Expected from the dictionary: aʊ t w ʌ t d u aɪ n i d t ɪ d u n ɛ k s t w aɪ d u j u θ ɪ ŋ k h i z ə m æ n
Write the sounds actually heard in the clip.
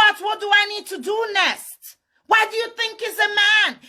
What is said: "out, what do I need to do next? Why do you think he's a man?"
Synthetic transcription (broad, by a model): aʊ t w ʌ t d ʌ aɪ n i d t ɪ d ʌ n ɛ s t w aɪ d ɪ j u θ ɪ ŋ k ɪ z ə m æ n